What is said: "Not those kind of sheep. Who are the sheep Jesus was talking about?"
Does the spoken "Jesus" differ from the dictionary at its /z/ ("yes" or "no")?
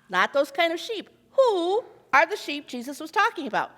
no